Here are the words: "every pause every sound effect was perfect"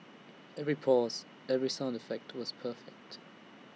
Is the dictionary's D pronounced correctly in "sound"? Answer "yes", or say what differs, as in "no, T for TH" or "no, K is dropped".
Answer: yes